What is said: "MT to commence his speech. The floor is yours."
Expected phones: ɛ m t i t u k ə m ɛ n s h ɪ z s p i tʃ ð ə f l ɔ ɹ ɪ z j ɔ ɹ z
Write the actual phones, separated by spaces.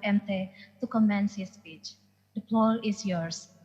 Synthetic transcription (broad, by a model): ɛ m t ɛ t u k ə m ɛ n s h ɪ s p i tʃ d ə p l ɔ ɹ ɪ s j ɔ ɹ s